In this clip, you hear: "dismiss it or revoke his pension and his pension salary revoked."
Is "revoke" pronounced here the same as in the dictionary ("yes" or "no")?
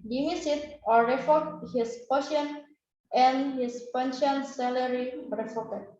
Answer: no